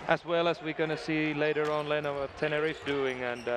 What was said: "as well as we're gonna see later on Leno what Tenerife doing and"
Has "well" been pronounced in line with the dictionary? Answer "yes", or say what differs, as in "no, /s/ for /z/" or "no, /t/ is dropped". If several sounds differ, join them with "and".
yes